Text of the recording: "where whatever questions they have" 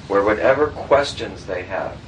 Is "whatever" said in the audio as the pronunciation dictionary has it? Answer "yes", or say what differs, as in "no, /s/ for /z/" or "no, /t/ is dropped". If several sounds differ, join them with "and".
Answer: yes